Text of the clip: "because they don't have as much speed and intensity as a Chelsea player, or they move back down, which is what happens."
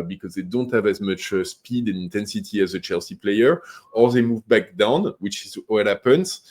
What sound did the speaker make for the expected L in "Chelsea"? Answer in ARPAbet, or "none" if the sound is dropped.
L